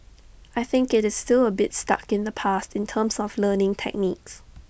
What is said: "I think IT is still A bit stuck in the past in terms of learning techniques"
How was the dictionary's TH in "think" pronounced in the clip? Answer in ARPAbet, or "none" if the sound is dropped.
TH